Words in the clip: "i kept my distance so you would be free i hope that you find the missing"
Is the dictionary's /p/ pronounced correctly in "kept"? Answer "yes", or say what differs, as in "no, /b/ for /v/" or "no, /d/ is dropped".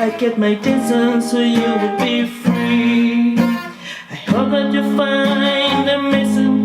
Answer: no, /p/ is dropped